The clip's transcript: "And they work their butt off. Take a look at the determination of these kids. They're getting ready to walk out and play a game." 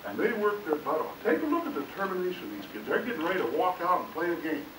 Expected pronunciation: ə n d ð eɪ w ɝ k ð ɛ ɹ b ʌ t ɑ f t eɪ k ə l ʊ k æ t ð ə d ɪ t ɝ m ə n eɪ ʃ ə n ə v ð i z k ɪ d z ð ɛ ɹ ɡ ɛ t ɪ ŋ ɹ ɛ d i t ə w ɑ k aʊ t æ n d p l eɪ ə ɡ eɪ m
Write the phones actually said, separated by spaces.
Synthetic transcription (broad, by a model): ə n ð eɪ w ɝ k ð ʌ ɹ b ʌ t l t eɪ k ə l ʊ k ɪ t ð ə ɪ t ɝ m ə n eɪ ə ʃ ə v ð i z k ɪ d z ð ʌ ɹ ɡ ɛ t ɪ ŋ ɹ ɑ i t ə w ɑ k aʊ t n p l eɪ ə ɡ eɪ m